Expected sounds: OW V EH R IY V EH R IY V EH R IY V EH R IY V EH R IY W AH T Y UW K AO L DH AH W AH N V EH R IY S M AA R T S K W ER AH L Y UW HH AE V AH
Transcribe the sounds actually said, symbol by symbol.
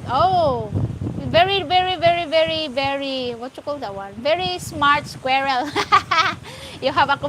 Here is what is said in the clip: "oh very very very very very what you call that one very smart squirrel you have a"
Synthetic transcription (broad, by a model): OW V EH R IY V EH R IY V EH R IY V EH R IY V EH R IY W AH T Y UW K AO L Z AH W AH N V EH R IY S M AA R T S K W ER AH L Y UW HH AE V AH